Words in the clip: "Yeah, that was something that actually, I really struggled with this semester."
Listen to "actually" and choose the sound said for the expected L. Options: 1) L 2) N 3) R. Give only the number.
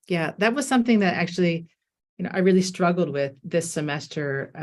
2